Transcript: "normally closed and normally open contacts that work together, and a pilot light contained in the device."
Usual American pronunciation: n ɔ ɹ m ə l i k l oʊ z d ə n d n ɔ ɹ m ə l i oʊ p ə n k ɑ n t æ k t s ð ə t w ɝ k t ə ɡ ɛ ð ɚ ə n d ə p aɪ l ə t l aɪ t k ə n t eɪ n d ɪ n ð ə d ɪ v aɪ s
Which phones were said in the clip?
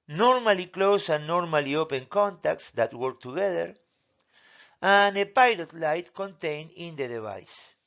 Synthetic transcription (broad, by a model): n ɔ ɹ m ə l i k l oʊ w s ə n n ɔ ɹ m ə l i oʊ p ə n k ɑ n t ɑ k t s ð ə t w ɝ k t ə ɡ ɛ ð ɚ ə n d ə p aɪ l ə t l aɪ t k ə n t eɪ n ɪ n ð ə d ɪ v aɪ s